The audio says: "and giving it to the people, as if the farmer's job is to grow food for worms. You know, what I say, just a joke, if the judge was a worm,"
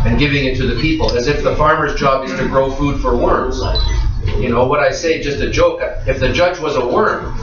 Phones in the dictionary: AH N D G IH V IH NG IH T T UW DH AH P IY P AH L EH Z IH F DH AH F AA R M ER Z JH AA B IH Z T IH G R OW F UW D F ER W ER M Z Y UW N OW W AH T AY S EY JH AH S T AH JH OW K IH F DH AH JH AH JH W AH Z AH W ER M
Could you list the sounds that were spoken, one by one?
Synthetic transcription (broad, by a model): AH N G IH V IH NG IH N T UW DH AH P IY P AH L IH Z IH F DH AH F AA R M ER Z JH AA B IH Z T IH G R OW F UW D F ER W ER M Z Y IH N OW W AH T AY S EY JH AH S T AH JH OW K IH F DH AH JH AH JH W AH Z AH W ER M